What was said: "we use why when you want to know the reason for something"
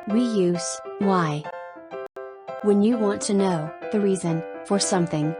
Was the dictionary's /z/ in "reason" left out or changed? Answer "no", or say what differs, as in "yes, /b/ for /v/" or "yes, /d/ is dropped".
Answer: no